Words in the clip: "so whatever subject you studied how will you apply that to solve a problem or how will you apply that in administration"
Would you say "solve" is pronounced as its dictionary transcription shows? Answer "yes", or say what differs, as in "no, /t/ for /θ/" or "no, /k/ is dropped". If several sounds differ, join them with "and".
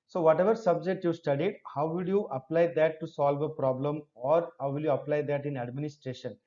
yes